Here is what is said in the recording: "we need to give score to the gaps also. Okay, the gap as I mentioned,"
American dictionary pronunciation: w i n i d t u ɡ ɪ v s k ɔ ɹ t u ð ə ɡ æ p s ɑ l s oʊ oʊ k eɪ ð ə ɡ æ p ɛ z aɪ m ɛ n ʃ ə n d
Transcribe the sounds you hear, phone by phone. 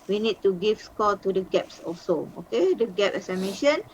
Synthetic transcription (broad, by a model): w i n i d t u ɡ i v s k ɔ l t u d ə ɡ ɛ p s ɑ l s oʊ oʊ k eɪ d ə ɡ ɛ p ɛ s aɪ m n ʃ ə n